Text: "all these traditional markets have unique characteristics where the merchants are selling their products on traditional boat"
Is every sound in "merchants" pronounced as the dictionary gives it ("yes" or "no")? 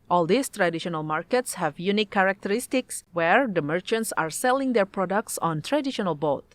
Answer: yes